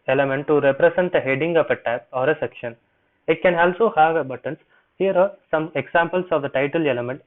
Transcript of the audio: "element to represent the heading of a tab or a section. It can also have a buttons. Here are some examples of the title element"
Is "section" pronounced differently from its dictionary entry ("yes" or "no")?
no